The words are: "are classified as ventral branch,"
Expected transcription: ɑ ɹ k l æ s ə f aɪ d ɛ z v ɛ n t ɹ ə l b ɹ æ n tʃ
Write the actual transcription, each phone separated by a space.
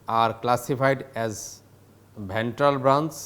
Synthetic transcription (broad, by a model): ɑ ɹ k l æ s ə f aɪ d ɛ z b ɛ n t ɹ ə l b ɹ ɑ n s